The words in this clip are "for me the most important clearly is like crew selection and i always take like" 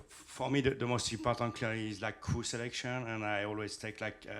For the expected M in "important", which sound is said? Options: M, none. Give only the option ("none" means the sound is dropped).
none